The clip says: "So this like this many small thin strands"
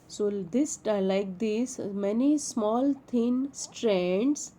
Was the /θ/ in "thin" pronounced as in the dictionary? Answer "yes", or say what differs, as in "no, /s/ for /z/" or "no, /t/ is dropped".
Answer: no, /t/ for /θ/